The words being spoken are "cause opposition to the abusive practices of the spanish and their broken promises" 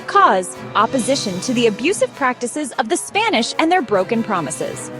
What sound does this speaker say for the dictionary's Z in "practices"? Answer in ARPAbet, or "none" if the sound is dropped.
Z